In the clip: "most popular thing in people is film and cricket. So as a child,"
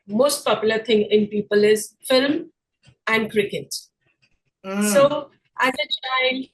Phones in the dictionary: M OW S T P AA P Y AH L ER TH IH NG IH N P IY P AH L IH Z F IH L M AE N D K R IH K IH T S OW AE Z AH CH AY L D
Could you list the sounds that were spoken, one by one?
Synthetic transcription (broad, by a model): M OW S T P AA P Y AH L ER T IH NG IH N P IY P AH L IH Z F IH L M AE N D K R IH K IH T S OW AE Z AH CH AY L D